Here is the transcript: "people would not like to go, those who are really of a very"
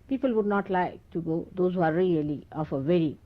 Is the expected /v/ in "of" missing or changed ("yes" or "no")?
yes